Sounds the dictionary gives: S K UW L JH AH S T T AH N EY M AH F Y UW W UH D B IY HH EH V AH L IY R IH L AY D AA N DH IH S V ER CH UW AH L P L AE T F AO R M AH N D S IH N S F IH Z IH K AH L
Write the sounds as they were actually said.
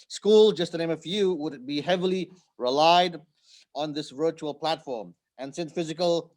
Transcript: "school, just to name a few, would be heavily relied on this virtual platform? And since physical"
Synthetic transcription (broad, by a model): S K UW L JH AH S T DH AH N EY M AH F Y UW W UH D B IY HH EH V AH L IY R IH L AY D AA N DH IH S V ER CH UW AH L P L AE T F AO R M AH N S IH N F IH Z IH K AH L